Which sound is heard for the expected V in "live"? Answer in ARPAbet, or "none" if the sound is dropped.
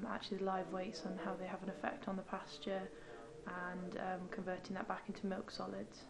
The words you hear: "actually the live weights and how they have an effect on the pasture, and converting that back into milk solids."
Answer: V